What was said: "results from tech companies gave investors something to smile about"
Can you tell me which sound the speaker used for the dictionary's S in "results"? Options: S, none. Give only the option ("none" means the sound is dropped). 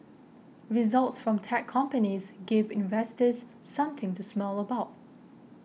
S